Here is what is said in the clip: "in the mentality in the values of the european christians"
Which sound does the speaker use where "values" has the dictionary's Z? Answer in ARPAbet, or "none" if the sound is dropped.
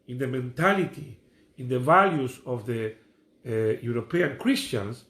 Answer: S